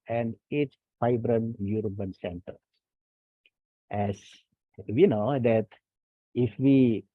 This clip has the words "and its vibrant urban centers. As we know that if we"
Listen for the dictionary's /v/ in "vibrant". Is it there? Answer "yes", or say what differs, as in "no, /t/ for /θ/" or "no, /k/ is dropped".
no, /f/ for /v/